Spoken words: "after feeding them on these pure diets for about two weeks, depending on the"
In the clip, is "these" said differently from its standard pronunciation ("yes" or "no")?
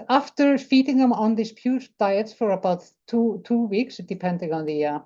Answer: yes